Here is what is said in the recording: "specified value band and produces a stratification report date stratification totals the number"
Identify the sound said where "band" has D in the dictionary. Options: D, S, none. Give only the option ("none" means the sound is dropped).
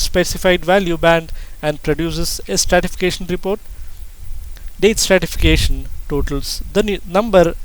D